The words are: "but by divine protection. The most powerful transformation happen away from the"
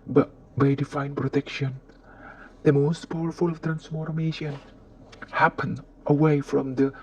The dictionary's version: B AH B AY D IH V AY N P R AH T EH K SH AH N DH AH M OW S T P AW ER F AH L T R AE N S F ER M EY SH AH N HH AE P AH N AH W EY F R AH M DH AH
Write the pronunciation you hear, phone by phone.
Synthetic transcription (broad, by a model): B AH B AY D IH F AY N P R AH T EH K SH AH N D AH M OW S T P AW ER F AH L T R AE N S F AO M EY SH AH N HH AE P AH N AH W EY F R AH M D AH